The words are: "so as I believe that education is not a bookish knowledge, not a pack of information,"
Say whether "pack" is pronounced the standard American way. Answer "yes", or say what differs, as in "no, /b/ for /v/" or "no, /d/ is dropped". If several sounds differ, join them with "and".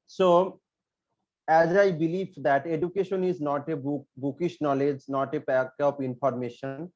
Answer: no, /b/ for /p/